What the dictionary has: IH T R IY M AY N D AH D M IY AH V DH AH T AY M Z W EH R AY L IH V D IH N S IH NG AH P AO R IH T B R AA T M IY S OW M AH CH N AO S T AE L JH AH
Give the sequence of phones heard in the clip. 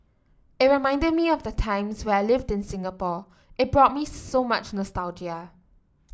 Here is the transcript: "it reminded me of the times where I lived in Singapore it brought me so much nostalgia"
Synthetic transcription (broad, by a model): IH T R IY M AY N D AH D M IY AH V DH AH T AY M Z W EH AY L IH V D IH N S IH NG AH P AO IH T B R AA T M IY S OW M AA CH N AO S T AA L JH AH